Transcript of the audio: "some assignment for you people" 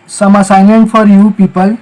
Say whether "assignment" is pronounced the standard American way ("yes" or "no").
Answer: no